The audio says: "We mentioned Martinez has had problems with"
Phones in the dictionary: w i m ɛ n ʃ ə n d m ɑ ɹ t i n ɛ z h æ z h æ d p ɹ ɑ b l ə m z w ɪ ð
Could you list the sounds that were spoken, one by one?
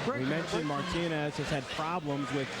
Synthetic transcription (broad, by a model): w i m ɛ n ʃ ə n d m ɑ ɹ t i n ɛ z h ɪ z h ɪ d p ɹ ɑ b l ə m z w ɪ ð